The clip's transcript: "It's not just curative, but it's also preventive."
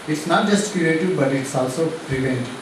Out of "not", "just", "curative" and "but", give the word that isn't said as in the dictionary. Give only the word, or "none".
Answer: curative